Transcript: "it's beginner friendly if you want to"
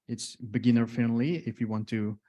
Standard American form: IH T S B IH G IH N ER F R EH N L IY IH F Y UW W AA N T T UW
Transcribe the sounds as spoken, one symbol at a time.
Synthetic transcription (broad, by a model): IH T S B IH G IH N ER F EH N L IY IH F Y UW W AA N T T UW